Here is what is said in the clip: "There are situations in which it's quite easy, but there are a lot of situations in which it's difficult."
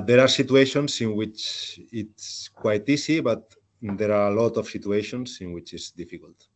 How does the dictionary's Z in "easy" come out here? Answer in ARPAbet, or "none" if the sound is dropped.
S